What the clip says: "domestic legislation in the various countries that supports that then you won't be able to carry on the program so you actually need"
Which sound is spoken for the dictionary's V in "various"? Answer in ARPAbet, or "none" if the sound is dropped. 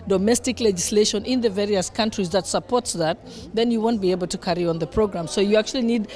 V